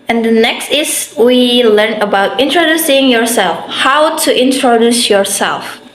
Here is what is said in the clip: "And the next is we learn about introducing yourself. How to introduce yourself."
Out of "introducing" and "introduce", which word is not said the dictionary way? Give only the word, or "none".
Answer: none